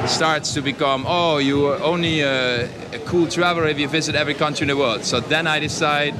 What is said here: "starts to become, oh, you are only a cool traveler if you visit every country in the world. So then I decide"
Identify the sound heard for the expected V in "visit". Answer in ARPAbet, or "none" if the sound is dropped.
V